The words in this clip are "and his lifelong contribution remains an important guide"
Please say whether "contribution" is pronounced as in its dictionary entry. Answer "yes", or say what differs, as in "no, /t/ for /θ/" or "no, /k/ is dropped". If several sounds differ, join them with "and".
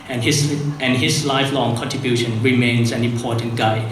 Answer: yes